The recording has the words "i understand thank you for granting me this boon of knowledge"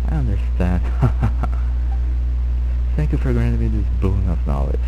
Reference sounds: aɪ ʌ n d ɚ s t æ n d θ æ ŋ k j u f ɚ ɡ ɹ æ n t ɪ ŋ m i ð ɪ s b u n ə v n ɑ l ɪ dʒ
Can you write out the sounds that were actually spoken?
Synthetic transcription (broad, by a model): aɪ ʌ n d ɚ s t æ n d θ æ ŋ k j u f ɚ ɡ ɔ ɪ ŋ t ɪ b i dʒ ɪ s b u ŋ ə p n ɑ l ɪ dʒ